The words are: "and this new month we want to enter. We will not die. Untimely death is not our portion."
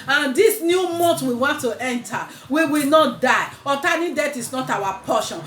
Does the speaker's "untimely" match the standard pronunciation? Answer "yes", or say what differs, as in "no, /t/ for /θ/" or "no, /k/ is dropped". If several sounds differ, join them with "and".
no, /n/ is dropped